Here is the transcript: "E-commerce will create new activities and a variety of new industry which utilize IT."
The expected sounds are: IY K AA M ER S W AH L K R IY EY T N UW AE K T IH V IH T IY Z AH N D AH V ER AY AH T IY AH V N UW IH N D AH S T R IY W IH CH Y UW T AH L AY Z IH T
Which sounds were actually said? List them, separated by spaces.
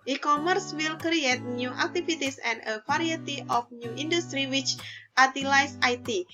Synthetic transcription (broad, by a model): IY K AA M ER S W AH L K R IY EY T N UW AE K T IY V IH T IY S AH N D AH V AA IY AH T IY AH F N UW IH N D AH S T R IY W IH CH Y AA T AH L AY S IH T